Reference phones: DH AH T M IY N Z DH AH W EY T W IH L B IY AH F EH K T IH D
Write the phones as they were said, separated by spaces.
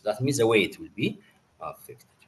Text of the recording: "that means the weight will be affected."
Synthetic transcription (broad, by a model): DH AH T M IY Z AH W EY T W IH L B IY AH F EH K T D